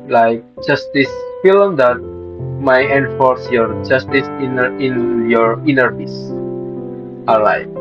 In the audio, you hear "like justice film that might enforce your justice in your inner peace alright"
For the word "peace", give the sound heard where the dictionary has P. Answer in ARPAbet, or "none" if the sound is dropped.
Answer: F